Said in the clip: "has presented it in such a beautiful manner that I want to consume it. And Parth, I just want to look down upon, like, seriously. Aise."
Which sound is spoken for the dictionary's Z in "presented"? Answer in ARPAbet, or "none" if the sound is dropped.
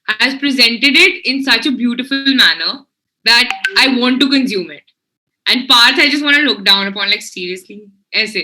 Z